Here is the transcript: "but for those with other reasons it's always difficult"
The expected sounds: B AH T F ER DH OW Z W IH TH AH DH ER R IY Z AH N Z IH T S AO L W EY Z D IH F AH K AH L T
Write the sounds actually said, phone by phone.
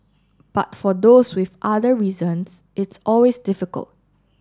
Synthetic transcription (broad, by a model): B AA T F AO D OW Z W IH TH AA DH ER R IY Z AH N S IH T S AO L W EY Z D IH F AH K AH L T